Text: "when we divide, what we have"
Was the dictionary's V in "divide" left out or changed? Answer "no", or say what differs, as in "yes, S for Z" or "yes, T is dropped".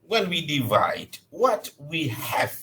no